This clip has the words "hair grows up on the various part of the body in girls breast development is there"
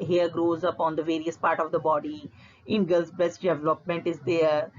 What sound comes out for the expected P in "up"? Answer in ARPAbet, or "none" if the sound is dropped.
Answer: P